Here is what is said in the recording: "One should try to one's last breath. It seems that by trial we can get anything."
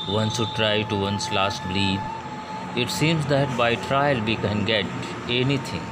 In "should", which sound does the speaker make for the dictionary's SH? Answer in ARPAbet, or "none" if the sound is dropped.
S